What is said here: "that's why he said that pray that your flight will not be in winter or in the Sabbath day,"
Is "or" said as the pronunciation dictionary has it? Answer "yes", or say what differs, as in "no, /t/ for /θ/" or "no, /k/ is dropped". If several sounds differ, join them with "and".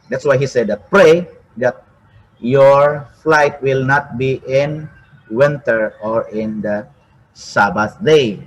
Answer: yes